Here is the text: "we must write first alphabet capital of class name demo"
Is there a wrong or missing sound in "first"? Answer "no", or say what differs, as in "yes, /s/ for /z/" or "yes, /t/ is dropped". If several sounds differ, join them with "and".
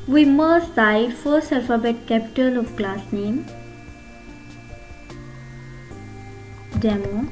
yes, /t/ is dropped